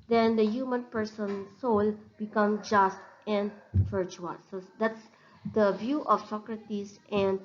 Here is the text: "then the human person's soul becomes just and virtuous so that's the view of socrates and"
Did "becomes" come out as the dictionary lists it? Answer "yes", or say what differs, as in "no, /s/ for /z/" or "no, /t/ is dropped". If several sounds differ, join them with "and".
no, /z/ is dropped